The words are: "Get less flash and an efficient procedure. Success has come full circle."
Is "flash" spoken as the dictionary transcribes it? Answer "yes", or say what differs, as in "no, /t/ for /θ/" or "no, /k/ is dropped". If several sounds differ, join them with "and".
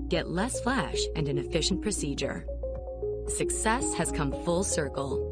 yes